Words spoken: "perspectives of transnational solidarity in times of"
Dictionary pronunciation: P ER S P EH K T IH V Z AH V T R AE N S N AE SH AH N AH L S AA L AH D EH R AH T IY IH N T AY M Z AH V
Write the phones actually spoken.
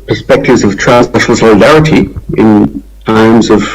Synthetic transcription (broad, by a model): P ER S P EH K T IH V Z AH V T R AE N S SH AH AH L S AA L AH D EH R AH T IY IH N T AY M Z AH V